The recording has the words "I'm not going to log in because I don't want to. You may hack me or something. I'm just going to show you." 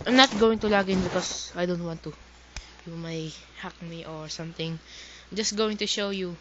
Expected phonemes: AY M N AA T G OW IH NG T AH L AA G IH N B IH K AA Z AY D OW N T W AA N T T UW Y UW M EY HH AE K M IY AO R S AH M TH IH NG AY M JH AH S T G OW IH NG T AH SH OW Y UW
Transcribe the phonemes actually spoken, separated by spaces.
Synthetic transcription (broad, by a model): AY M N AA T G OW IH NG T AH L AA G IH N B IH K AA S AY D OW N T W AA N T T UW Y UW M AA HH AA K M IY AO R S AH M T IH NG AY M JH AH S T G OW IH NG T AH SH OW Y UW